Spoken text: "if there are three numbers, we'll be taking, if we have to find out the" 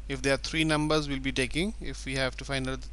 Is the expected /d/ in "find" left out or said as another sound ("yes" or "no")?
yes